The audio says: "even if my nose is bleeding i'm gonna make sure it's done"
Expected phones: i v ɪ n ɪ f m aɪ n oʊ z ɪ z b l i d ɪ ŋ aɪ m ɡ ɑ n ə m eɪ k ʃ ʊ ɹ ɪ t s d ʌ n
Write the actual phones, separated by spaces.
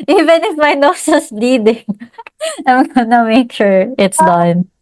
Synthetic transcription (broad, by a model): i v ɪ n ɪ f m aɪ n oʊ s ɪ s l i d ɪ ŋ aɪ m ɡ ɑ n ə m eɪ k ʃ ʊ ɹ ɪ t s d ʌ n